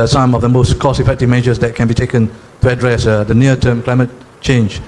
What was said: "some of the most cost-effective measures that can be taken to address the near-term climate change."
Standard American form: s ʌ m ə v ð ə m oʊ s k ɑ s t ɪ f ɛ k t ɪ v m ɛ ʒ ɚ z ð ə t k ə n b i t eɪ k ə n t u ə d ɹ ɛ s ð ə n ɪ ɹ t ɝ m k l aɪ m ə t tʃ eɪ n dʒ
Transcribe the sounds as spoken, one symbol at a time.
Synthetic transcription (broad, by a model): s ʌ m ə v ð ə m oʊ s k ɑ s ɪ f ɛ k t ɪ v m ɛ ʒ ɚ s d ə t k ə n b i t eɪ k ə n t u ə d ɹ ɛ s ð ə n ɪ t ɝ m k l aɪ m ə t tʃ eɪ n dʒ